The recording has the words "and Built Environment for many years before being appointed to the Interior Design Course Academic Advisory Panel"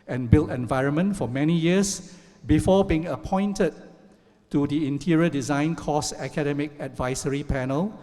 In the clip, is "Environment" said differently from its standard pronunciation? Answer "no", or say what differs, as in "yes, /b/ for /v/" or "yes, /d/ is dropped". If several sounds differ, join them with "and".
no